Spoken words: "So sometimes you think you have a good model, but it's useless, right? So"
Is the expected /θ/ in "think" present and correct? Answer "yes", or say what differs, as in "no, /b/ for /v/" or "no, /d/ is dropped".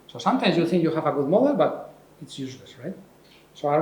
yes